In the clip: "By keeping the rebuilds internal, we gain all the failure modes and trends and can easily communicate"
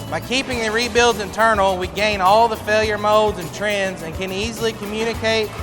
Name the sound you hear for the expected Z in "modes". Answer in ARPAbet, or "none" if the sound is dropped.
Z